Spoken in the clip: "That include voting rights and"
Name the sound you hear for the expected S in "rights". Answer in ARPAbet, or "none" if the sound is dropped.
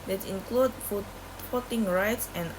S